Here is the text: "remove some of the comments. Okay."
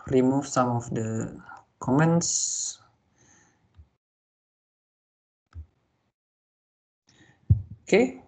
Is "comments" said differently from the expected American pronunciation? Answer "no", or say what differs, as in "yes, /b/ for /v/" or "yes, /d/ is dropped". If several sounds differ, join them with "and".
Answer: no